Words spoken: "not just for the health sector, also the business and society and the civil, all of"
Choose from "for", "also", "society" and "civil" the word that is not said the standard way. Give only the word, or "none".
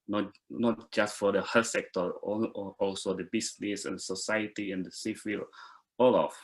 civil